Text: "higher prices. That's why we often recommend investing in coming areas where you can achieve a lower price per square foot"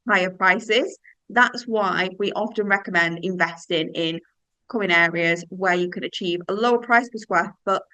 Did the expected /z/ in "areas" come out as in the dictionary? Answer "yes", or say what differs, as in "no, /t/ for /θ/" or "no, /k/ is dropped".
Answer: yes